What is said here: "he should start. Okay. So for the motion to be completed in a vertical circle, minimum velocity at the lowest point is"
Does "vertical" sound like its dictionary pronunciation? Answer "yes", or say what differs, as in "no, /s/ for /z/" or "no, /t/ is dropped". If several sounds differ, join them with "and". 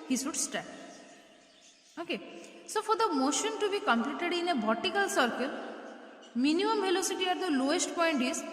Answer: no, /b/ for /v/